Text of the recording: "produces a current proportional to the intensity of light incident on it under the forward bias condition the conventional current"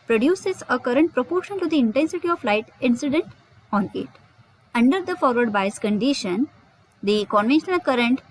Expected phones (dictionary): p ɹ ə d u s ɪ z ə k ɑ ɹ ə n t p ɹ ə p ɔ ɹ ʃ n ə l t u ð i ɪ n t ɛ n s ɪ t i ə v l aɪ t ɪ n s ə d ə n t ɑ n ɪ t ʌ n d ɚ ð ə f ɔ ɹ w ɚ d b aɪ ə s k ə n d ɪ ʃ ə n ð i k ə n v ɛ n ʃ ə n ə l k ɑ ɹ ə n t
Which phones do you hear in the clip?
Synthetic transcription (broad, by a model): p ɹ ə d u s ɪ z ə k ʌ ɹ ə n t p ɹ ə p ɔ ɹ ʃ ə n t u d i ɪ n t ɛ n s ɪ t i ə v l aɪ t ɪ n s ə d ə n t ɑ n ɪ t ʌ n d ɚ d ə f ɔ ɹ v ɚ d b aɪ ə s k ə n d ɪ ʃ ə n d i k ə n v ɛ n ʃ ə n ə l k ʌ ɹ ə n t